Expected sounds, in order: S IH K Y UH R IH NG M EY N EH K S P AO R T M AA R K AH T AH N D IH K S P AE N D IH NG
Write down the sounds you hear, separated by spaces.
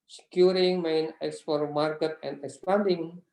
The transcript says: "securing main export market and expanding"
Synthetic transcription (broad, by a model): S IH K Y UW R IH NG M EY N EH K S F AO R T M AA R K AH T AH N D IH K S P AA N D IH NG